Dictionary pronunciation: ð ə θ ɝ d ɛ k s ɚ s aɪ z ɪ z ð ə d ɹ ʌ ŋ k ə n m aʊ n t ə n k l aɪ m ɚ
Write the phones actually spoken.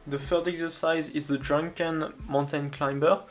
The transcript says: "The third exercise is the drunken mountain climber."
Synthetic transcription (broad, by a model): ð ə f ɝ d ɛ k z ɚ s aɪ z ɪ z ð ə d ɹ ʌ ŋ k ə n m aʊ n t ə n k l aɪ m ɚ